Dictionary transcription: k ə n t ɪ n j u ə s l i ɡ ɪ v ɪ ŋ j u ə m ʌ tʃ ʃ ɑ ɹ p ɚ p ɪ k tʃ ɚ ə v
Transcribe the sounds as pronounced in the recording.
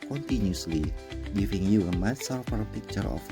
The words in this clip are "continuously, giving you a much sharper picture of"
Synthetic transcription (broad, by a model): k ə n t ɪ n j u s l i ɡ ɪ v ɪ ŋ j u ə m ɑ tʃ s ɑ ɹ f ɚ p ɪ k tʃ ɚ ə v